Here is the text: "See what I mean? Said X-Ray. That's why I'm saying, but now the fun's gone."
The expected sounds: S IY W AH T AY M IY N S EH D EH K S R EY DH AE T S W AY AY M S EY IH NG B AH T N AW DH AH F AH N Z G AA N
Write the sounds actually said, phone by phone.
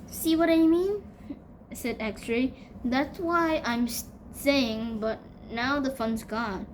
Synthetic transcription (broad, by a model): S IY W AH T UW M IY N S EH D EH K S R EY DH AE T S W AY AY M S EY IH NG B AH T N AW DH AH F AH N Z G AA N